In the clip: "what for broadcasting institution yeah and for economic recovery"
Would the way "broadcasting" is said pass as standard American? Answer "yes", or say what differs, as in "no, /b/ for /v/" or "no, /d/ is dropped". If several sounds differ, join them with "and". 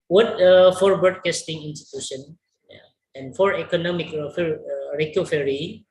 no, /ɹ/ is dropped